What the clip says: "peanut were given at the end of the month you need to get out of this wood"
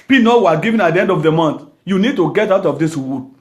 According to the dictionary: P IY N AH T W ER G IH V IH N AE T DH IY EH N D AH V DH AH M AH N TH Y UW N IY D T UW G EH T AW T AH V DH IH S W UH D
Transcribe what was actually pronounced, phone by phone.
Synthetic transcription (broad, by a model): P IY N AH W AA G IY V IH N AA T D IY EH N D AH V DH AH M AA N T Y UW N IY D T UW G EH T AW T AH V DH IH S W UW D